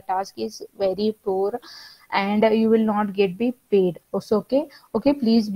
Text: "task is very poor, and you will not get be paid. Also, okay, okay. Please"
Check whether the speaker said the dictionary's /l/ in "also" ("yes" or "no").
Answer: no